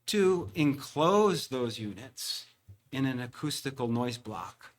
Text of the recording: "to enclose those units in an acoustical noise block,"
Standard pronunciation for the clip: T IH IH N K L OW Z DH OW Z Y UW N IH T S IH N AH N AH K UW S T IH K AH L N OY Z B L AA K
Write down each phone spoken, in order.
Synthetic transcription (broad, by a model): T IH IH N K L OW Z DH OW Z Y UW N IH T S IH N AH N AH K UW S T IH K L N OY Z B L AA K